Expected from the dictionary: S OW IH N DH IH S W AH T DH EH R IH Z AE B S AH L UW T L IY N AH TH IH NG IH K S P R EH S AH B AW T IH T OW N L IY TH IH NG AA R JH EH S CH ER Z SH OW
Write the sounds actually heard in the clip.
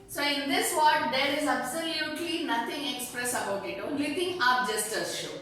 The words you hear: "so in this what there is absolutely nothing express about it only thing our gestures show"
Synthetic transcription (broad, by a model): S OW IH N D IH S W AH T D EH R IH Z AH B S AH L UW T L IY N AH T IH NG IH K S P R EH S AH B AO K IH T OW L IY T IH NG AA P JH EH S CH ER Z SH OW